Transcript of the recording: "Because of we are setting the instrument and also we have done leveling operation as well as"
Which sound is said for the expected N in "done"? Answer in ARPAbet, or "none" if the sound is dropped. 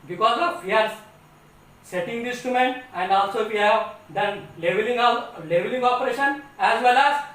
L